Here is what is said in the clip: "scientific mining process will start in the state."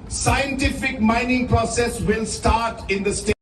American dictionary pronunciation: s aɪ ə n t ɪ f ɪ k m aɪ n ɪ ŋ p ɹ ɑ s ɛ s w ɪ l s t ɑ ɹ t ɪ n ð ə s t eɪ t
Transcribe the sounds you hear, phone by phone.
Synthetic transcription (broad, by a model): s aɪ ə n t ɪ f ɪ k m aɪ n ɪ ŋ p ɹ ɑ s ɛ s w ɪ l s t ɑ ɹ t ɪ n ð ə s t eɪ